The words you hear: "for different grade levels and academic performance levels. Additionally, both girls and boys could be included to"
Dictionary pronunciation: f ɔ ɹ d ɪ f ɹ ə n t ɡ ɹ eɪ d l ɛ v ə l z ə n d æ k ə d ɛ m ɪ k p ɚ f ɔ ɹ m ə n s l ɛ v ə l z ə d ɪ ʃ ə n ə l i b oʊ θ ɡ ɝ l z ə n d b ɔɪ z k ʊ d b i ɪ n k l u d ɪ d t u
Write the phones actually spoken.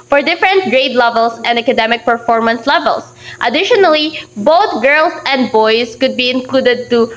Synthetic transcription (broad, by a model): f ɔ ɹ d ɪ f ɹ ə n t ɡ ɹ eɪ d l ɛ v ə l s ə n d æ k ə d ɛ m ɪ k p ɚ f ɔ ɹ m ə n s l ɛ v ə l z ə d ɪ ʃ ə n ə l i b oʊ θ ɡ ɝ l s ə n d b ɔɪ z k ʊ d b i ɪ n k l u d ɪ d t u